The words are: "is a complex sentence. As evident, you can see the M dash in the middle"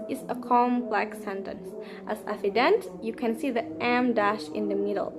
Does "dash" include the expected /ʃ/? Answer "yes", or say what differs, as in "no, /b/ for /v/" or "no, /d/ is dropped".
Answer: yes